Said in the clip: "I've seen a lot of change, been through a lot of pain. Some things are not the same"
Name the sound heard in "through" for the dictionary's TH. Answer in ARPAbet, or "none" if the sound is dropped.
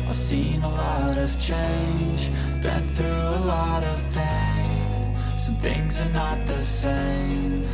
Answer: TH